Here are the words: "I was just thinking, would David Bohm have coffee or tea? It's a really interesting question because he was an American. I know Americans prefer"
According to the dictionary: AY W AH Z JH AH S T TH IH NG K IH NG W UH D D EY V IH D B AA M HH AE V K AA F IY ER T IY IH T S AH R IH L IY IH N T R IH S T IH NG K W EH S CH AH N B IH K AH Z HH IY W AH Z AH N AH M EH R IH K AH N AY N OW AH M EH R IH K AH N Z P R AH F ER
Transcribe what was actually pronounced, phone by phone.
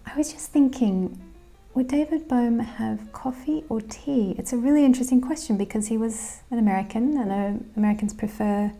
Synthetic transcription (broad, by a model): AY W AH Z JH AH S TH IH NG K IH NG W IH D D EY V IH D B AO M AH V K AA F IY ER T IY IH T S AH R IH L IY IH N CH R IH S T IH NG K W EH S CH AH N B IH K AH Z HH IY W AH Z AH N AH M EH R IH K AH N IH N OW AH M EH R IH K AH N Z P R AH F ER